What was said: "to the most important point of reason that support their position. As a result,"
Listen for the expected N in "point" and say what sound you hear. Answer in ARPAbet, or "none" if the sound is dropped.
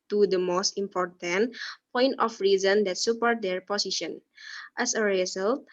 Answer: N